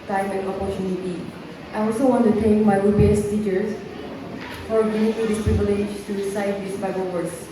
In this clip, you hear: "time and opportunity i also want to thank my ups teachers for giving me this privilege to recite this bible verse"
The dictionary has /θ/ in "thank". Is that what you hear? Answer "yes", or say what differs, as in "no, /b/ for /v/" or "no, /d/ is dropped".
no, /t/ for /θ/